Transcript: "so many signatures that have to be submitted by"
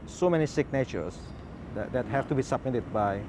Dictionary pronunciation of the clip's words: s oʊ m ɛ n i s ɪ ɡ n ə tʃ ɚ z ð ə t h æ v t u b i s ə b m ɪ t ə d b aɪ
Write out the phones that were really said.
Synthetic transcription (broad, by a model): s oʊ m ɛ n i s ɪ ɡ n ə tʃ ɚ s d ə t h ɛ f t u b i s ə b m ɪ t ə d b aɪ